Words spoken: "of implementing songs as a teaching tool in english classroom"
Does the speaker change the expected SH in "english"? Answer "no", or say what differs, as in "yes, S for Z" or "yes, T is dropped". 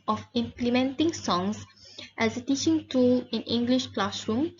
no